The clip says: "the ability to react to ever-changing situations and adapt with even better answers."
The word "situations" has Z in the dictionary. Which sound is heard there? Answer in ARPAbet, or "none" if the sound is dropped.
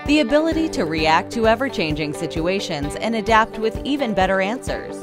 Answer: Z